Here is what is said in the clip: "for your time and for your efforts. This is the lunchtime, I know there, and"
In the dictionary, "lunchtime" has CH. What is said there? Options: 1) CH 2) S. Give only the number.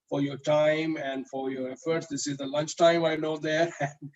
1